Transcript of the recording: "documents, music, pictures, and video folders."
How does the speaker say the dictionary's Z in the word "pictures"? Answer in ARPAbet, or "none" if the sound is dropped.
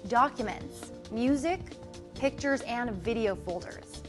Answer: Z